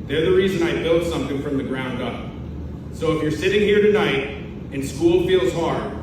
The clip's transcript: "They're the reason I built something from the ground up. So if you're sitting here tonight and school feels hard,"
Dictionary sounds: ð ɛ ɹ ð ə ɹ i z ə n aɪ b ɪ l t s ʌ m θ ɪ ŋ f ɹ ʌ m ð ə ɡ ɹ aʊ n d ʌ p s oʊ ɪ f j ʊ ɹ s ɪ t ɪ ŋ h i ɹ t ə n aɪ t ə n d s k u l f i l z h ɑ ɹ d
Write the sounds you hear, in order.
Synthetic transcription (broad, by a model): ð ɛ ɹ ð ə ɹ i z ə n aɪ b ɪ l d s ʌ m θ ɪ ŋ f ɹ ʌ m ð ə ɡ ɹ aʊ n d ʌ p s oʊ ɪ f j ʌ ɹ s ɪ t ɪ ŋ h i ɹ t ə n aɪ t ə n s k u l f i l z h ɑ ɹ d